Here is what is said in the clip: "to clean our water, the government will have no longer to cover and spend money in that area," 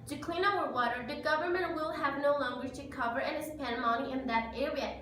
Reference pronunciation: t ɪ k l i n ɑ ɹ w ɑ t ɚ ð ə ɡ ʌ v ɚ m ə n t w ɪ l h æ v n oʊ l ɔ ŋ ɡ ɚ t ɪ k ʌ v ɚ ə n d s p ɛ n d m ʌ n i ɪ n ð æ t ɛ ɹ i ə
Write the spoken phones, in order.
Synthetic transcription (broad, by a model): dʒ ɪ k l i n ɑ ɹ w ɑ t ɚ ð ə ɡ ʌ v ɚ m ə n t w ɪ l h æ v n oʊ l ɔ ŋ ɡ ɚ t ɪ k ʌ v ɚ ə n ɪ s p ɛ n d m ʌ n i ɪ n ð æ t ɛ ɹ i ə